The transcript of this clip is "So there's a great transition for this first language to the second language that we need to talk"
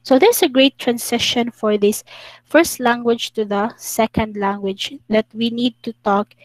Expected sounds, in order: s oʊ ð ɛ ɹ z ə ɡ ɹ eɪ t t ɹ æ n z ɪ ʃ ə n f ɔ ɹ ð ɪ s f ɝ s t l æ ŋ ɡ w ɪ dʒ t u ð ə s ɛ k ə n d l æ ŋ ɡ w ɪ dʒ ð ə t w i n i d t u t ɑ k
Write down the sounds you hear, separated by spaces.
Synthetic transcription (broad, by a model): s oʊ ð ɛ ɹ s ə ɡ ɹ eɪ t t ɹ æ n s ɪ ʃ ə n f ɔ ɹ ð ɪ s f ɝ s t l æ ŋ ɡ w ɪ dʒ t u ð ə s ɛ k ə n d l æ ŋ ɡ w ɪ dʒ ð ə t w i n i d t u t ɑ k